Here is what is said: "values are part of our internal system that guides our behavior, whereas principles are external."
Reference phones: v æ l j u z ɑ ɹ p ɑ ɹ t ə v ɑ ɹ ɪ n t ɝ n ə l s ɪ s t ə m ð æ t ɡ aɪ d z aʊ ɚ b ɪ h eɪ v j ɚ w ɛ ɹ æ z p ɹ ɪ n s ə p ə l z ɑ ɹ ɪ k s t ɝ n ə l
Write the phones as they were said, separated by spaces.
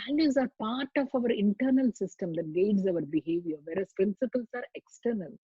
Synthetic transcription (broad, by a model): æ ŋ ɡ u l ɑ ɹ p ɑ ɹ t ə v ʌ ɹ ɪ n t ɝ n ə l s ɪ s t ə m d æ t ɡ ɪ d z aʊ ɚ b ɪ h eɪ v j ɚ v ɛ ɹ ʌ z p ɹ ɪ n s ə p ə l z ɑ ɹ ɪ k s t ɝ n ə l